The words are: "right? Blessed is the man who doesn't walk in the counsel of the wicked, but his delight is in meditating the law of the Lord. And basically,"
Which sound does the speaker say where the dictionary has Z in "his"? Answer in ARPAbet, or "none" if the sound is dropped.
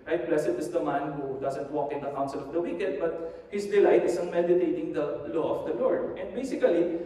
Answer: S